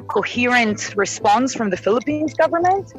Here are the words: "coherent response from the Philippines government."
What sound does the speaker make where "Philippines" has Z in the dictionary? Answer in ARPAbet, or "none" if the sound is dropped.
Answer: Z